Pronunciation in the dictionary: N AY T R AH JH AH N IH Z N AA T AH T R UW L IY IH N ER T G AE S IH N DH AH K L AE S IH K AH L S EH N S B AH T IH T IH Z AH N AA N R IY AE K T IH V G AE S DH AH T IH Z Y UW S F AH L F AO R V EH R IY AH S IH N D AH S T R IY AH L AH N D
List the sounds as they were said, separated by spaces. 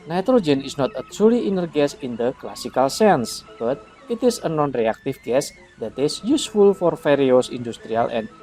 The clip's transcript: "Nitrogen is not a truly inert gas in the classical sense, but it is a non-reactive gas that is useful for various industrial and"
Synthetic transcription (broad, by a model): N AY T R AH JH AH N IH S N AA T AH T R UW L IY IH N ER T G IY S IH N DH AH K L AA S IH K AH L S EH N S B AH T IH T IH S AH N AA N R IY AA K T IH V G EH S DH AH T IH S Y UW S F AH L F AO R F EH R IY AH S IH N D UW S T R IY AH L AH N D